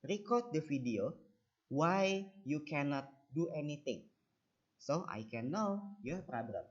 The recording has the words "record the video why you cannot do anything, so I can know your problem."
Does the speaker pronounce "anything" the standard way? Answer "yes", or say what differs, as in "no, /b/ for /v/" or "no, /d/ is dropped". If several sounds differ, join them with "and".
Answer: no, /t/ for /θ/